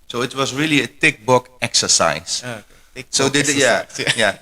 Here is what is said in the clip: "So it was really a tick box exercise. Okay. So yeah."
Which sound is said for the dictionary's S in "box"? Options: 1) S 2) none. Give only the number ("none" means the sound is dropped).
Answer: 2